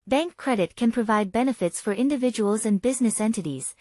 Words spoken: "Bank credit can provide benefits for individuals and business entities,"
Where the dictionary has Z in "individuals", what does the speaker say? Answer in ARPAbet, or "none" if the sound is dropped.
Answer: Z